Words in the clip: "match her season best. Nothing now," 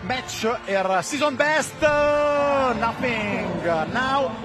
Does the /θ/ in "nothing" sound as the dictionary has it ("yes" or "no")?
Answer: no